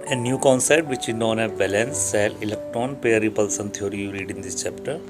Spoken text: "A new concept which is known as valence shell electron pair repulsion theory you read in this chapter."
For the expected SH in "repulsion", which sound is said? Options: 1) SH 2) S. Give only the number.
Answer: 2